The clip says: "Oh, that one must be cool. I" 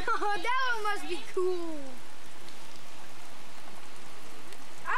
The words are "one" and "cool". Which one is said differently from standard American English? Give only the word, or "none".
one